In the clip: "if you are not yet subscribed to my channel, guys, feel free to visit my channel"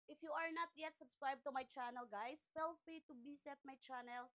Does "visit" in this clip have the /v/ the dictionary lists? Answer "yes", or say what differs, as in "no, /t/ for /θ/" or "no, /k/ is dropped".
no, /b/ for /v/